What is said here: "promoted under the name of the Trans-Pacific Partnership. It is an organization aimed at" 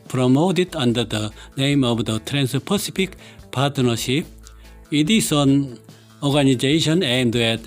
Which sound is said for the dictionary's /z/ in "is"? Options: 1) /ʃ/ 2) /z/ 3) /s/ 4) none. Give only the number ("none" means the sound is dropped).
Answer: 3